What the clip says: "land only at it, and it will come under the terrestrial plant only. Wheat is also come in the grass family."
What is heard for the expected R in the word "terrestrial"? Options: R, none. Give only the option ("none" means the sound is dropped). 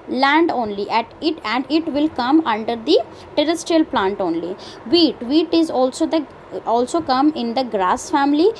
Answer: R